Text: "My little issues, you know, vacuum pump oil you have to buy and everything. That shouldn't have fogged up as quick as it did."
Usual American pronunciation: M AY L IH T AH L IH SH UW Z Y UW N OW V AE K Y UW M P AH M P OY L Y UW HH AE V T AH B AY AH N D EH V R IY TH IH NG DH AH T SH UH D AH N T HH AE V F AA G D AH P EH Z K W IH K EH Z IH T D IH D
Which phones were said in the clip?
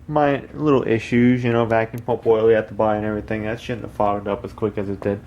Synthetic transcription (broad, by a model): M AY L IH T L IH SH UW Z Y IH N OW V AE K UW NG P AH P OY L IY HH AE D T AH B AY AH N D EH V R IY TH IH NG DH AH T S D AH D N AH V F AA G D AH P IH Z K W IH K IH Z IH T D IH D